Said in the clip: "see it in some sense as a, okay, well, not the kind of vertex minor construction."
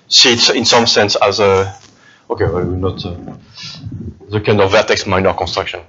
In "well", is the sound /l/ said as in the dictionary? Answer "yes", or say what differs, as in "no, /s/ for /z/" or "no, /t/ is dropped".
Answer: no, /w/ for /l/